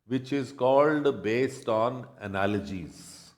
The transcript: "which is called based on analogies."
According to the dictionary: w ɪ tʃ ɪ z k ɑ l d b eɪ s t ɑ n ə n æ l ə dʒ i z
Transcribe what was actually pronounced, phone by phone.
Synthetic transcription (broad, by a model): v ɪ tʃ ɪ z k ɑ l d b eɪ s t ɑ n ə n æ l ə dʒ i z